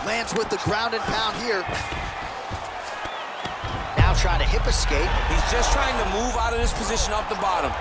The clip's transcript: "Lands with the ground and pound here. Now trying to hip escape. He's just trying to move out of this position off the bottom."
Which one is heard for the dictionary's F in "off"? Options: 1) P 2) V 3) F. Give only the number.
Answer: 1